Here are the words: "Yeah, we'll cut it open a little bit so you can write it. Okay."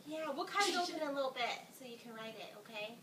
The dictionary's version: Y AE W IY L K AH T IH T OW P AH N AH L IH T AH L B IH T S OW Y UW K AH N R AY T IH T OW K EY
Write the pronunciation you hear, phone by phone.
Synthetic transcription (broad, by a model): Y AE W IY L K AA IH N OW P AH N AH L IH T L B IH T S OW Y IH K AH N R AY T IH T OW K EY